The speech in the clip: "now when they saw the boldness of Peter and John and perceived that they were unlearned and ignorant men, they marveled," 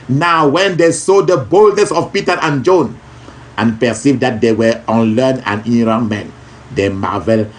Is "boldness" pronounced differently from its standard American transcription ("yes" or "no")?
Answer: no